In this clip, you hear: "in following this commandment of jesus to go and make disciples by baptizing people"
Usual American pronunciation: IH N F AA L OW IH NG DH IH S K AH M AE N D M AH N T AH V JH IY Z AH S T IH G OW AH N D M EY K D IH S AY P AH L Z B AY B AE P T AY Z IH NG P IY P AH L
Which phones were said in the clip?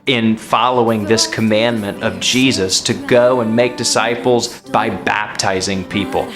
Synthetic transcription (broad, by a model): IH N F AA L OW IH NG DH IH S K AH M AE N M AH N T AH V JH IY Z AH S T IH G OW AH N M EY K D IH S AY P L Z B AY B AE P T AY Z IH NG P IY P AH L